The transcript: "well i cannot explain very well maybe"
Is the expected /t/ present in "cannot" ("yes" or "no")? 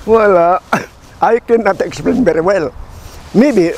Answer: yes